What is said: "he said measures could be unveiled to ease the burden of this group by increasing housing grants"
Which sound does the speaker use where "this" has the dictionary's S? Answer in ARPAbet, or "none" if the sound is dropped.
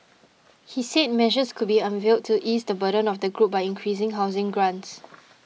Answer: none